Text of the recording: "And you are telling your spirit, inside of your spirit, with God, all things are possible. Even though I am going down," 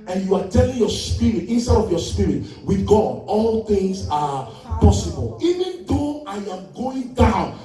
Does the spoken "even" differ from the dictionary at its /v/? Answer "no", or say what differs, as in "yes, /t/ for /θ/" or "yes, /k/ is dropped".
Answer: no